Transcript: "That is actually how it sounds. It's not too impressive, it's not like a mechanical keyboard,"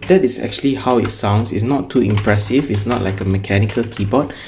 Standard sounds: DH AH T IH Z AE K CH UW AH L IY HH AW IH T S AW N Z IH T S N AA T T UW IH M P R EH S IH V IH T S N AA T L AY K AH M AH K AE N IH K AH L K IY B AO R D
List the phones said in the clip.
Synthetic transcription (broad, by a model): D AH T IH S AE K CH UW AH L IY HH AW IH T S AW N S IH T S N AA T T UW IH M P R EH S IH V IH T S N AA T L AY K AH M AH K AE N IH K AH L K IY B AO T